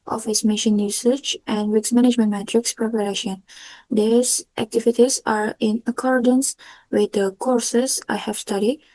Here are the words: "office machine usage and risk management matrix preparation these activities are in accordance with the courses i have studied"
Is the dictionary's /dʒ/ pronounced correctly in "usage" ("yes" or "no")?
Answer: no